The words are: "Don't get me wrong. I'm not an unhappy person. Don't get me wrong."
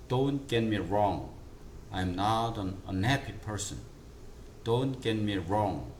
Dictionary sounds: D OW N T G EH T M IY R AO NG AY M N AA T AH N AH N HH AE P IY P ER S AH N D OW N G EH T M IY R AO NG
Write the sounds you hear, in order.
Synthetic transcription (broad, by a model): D OW N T G EH T M IY R AO NG AY M N AA T AH N AH N HH AE P IY P ER S AH N D OW N G EH T M IY R AO NG